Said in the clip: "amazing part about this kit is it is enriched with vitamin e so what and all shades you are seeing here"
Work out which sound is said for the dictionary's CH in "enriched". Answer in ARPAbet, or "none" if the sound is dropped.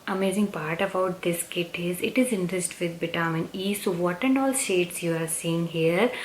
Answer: S